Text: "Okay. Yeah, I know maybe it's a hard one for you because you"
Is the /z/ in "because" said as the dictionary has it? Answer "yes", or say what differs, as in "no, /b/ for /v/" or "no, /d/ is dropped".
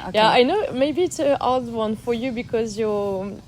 yes